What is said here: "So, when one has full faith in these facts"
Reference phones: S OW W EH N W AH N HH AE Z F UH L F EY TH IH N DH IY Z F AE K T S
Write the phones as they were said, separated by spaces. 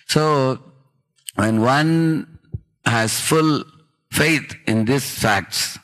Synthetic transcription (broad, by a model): S OW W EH N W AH N HH AE Z F UH L F EY T IH N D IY S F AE K T S